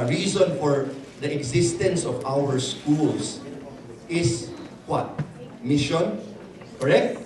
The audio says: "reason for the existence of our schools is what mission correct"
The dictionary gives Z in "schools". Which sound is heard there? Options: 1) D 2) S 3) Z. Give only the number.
2